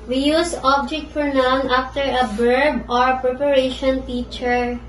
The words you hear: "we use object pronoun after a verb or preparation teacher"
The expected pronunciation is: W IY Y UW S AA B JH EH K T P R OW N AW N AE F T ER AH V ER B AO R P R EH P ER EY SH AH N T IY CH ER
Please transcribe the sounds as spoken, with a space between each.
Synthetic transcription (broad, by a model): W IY Y UW S AA B JH EH K T F R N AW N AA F T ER AH B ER B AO R P R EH P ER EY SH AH N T IY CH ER